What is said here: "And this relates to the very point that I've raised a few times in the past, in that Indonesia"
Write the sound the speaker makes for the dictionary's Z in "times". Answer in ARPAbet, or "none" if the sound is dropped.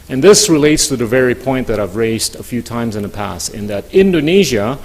Z